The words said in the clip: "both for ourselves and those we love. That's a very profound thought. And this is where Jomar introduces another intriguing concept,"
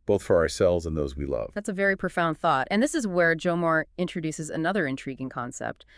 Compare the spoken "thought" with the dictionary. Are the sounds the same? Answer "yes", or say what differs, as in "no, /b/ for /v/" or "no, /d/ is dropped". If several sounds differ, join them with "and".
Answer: yes